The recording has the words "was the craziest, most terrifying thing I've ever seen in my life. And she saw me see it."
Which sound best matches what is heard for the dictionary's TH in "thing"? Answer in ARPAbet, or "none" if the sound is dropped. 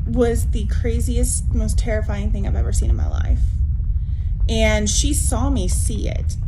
TH